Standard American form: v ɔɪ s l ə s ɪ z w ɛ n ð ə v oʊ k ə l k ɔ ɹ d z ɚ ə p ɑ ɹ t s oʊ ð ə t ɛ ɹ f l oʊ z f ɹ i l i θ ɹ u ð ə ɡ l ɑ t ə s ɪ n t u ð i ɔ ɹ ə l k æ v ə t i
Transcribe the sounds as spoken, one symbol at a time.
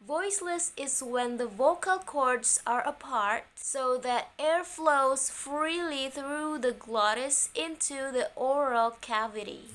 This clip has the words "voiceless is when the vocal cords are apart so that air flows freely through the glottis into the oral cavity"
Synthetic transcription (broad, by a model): v ɔɪ s l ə s ɪ z w ɛ n ð ə v oʊ k ə l k ɔ ɹ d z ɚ ə p ɑ ɹ t s oʊ ð ə t ɛ ɹ f l oʊ z f ɹ i l i θ ɹ u ð ə ɡ l ɑ t ə s ɪ n t u ð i ɔ ɹ ə l k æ v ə t i